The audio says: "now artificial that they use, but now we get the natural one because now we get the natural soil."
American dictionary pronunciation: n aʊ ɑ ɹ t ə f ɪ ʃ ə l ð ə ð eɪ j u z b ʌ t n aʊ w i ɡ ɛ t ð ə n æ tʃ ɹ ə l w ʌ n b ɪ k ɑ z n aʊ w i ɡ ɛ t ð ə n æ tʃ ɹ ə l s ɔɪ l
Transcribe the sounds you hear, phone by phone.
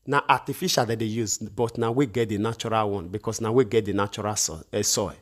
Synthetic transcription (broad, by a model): n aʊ ɑ t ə f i ʃ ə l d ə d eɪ j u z b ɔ t n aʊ w i ɡ ɛ t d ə n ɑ tʃ ɹ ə l w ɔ n b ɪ k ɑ s n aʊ w i ɡ ɛ t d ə n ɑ tʃ ɹ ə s s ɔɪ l